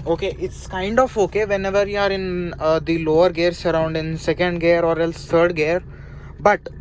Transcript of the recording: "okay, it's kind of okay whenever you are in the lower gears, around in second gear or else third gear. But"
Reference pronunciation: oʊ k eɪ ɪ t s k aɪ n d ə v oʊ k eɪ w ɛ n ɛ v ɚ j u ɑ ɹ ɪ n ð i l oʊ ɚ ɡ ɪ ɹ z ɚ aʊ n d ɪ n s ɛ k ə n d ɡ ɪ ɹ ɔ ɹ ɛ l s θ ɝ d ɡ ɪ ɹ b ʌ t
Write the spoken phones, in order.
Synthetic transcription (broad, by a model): oʊ k eɪ ɪ t s k aɪ n d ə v oʊ k eɪ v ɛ n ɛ v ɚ j u ɑ ɹ ɪ n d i l oʊ ɚ ɡ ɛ ɹ s ɚ aʊ n d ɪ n s ɛ k ə n d ɡ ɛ ɹ ɔ ɹ ɛ l s t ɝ d ɡ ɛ ɹ b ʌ t